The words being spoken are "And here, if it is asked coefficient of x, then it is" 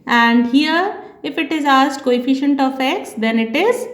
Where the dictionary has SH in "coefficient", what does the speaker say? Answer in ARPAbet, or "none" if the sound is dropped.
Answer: SH